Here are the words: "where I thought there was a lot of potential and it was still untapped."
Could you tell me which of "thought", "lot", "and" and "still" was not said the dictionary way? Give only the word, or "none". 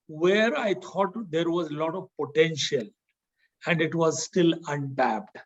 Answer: thought